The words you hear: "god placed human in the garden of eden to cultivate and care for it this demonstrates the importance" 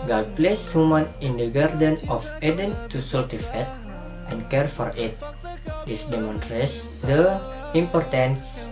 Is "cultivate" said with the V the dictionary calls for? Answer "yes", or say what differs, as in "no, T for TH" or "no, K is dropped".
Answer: no, F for V